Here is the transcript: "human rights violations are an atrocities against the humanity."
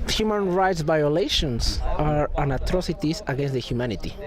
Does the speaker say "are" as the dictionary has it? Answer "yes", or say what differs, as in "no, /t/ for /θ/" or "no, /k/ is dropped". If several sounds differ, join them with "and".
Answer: yes